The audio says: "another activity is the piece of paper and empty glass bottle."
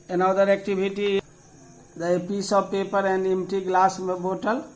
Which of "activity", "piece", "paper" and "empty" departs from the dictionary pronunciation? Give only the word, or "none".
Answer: activity